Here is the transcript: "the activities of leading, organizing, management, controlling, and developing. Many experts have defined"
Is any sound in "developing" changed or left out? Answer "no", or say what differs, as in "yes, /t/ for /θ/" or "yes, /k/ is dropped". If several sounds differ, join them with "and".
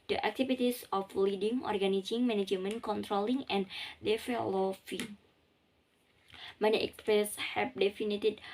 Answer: yes, /f/ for /p/